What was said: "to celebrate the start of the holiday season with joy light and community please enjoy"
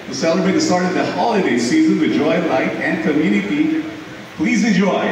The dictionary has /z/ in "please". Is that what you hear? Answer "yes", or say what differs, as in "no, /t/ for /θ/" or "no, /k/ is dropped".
yes